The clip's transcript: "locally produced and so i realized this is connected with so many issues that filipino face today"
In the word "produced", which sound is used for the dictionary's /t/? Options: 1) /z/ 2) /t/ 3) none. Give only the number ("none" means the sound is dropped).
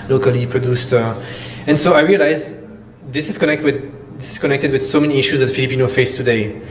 2